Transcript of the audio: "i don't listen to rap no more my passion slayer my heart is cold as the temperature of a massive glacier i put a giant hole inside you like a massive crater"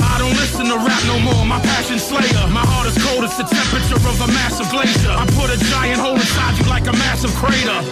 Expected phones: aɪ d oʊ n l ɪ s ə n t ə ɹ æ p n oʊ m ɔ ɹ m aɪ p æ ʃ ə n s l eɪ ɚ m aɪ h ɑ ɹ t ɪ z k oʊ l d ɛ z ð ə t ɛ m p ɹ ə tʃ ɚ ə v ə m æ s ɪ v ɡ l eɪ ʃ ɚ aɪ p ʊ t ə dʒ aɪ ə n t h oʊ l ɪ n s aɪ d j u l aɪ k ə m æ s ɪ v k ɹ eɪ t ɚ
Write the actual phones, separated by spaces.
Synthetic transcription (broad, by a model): aɪ d oʊ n l ɪ s ə n t ə ɹ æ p n oʊ m ɔ ɹ m aɪ p æ ʃ ə n s l eɪ ɚ m aɪ h ɑ ɹ t ɪ z k oʊ l d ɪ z ð ə t ɛ m p ɹ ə tʃ ɚ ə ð ə m æ s ɪ v ɡ l eɪ ʃ ɚ aɪ p ʊ t ə dʒ aɪ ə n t h oʊ l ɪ s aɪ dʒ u l aɪ k ə m æ s ɪ v k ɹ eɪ t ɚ